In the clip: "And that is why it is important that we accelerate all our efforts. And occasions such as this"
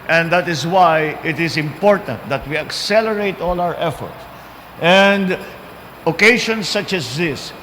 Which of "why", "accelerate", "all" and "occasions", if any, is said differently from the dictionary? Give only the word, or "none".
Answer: occasions